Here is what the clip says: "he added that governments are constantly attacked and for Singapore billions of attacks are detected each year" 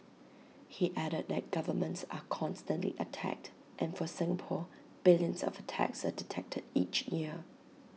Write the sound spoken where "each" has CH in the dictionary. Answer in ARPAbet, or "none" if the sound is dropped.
CH